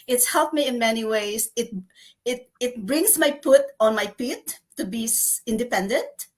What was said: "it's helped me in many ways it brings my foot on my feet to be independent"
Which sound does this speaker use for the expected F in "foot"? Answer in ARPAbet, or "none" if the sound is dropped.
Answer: P